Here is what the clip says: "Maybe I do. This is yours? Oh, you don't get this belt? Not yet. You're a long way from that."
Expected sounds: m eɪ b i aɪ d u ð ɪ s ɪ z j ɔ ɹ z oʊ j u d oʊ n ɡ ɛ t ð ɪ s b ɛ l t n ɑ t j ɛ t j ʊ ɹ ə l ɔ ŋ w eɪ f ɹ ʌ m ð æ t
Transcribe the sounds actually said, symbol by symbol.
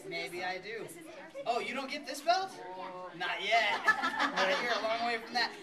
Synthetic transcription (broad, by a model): m eɪ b i aɪ d u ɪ ɪ j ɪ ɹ oʊ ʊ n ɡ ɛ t ð ɪ s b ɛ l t n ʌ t j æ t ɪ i ɹ ə l ɔ ŋ w eɪ f ɹ ʌ m ð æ t